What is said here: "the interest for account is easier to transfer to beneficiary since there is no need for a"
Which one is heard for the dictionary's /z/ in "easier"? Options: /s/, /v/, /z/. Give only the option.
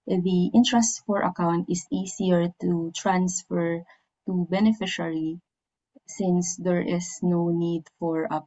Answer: /s/